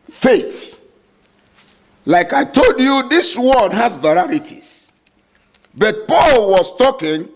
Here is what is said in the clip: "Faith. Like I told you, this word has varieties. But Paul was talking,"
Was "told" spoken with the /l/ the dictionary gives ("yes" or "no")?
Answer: yes